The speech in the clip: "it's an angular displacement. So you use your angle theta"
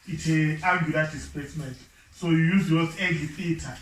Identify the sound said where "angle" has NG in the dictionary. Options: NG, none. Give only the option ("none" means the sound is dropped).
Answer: none